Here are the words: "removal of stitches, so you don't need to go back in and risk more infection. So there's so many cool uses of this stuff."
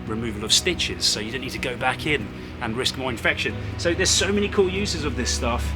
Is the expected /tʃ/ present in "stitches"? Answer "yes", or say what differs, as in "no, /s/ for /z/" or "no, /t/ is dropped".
yes